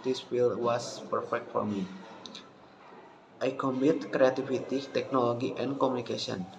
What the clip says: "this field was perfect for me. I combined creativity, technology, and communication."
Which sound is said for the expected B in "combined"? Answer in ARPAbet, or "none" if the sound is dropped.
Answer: none